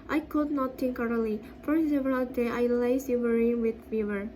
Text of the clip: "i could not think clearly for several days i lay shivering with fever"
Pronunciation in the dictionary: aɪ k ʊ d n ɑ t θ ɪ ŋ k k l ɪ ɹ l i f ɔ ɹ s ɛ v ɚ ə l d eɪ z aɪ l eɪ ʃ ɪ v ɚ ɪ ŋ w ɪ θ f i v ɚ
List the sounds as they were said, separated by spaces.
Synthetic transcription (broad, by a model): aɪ k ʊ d n ɑ t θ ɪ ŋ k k ɑ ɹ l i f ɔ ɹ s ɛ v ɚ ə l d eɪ aɪ l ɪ s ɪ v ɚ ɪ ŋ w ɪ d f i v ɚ